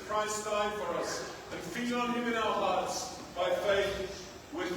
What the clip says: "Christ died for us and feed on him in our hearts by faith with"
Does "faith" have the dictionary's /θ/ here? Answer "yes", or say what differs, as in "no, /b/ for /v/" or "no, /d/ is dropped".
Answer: yes